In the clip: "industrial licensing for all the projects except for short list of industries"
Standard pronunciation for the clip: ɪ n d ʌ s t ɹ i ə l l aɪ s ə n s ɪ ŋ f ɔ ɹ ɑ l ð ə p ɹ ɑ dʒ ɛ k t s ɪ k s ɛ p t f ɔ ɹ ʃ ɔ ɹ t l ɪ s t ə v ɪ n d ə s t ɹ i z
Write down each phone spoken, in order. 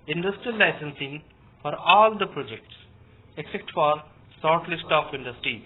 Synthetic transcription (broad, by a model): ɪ n d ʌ s t ɹ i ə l l aɪ s ə n s ɪ ŋ f ɔ ɹ ɑ l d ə p ɹ ɑ dʒ ɛ k t s ɪ k s ɛ p t f ɔ ɹ s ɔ ɹ t l ɪ s t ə f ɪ n d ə s t ɹ i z